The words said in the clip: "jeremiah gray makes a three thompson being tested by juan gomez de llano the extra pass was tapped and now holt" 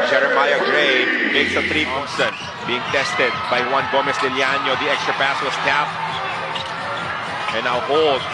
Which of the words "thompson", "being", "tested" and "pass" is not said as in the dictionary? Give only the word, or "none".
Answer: thompson